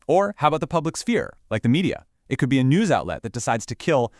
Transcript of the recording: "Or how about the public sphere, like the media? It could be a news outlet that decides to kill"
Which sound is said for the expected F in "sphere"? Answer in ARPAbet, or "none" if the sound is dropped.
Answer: F